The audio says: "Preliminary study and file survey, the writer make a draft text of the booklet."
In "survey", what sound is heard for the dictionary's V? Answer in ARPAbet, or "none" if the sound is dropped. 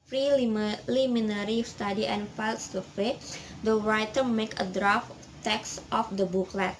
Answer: F